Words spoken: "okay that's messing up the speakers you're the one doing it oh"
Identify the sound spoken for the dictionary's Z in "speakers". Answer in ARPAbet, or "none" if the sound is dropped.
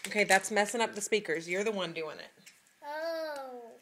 Z